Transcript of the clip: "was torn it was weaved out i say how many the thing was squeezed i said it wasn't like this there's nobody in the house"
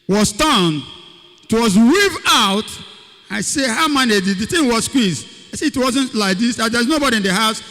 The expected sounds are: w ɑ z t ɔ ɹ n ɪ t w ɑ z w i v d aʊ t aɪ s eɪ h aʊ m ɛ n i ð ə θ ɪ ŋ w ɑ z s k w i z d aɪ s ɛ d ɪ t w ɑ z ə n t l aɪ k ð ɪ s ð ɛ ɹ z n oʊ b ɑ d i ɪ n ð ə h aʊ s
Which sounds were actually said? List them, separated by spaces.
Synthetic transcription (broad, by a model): w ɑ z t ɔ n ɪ t w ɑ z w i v aʊ t aɪ s eɪ h aʊ m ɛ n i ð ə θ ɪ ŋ w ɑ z s k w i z aɪ s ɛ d ɪ t w ɑ z ə n t l aɪ k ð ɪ s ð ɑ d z n oʊ b ɑ d i ɪ n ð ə h aʊ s